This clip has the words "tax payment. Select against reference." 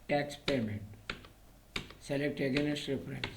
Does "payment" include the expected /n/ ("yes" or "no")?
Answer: no